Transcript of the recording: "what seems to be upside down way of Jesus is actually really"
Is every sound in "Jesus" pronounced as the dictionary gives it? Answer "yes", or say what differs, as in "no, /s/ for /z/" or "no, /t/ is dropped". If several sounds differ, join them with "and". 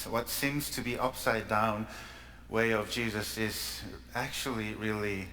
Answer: yes